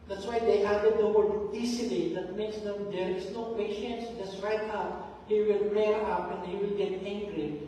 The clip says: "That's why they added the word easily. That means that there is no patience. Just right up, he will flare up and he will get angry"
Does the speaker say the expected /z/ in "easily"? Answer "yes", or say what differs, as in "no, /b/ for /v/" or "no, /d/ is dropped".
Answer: no, /s/ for /z/